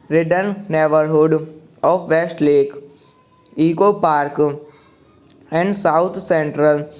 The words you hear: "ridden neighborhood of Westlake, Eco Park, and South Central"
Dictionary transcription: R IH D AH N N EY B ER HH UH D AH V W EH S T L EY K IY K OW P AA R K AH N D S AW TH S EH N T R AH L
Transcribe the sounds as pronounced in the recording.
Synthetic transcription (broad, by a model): R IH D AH N N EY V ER HH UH D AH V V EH S T L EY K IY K OW P AA R K AH N D S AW T S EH N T R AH L